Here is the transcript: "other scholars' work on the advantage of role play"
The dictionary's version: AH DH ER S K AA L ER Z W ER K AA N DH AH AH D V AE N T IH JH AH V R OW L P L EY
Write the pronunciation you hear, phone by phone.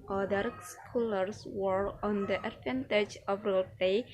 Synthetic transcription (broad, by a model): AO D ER S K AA L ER S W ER AA N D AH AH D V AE N T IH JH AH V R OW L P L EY